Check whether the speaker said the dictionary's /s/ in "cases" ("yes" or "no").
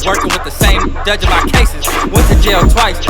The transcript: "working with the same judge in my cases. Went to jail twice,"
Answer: yes